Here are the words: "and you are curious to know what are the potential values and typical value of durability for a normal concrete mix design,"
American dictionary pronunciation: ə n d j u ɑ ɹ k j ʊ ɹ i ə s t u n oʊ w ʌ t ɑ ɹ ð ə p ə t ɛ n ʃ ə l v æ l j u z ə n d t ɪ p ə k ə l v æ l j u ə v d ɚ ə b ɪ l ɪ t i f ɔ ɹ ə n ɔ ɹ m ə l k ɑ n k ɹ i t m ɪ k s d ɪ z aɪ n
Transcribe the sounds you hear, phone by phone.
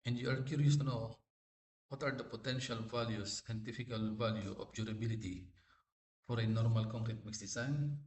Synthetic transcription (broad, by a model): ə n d j u ɑ ɹ k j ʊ ɹ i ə s t u n oʊ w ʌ t ɑ ɹ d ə p ə t ɛ n ʃ ə l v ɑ l j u s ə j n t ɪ f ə k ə l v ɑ l j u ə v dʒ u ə b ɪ l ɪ t i f ɔ ɹ ə n ɔ ɹ m ə l k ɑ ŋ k ɹ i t m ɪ k s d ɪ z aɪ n